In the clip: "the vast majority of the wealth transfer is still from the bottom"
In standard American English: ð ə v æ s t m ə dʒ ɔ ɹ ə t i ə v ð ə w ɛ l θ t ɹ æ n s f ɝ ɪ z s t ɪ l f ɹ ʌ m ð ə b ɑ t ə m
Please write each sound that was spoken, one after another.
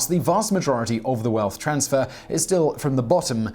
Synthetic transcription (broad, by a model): ð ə v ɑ s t m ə dʒ ɔ ɹ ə t i ə v ð ə w ɛ l θ t ɹ æ n s f ɝ ɪ z s t ɪ l f ɹ ʌ m ð ə b ɑ t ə m